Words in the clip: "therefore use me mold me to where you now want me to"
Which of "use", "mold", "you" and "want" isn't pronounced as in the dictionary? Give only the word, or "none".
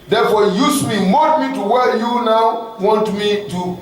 mold